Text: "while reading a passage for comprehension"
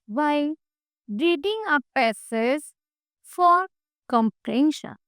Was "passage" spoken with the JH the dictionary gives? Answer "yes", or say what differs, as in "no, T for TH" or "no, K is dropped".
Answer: no, Z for JH